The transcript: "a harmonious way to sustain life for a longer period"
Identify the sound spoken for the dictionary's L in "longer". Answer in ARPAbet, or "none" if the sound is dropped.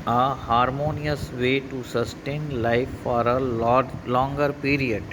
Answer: L